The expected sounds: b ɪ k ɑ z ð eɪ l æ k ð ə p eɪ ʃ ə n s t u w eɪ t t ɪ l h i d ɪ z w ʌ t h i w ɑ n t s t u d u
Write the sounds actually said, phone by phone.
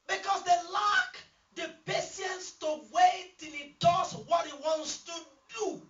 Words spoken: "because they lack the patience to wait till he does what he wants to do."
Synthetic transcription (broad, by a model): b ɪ k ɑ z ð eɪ l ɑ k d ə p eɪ s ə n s t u w eɪ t t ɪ l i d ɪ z w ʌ t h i w ɑ n t s t u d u